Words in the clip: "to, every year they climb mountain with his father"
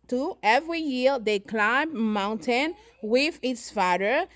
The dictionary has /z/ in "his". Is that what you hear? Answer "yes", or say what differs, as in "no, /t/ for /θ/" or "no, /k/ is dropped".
no, /s/ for /z/